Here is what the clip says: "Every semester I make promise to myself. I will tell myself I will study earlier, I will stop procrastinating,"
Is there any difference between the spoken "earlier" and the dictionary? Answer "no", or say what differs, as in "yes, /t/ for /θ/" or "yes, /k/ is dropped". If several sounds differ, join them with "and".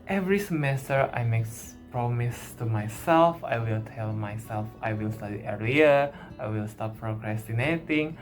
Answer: yes, /l/ is dropped